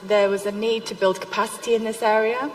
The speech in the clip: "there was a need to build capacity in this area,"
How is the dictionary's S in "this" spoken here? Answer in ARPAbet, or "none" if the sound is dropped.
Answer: S